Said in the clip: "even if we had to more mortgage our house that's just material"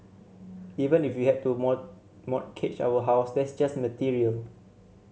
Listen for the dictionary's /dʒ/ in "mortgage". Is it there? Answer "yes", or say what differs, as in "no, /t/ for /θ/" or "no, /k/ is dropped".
no, /tʃ/ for /dʒ/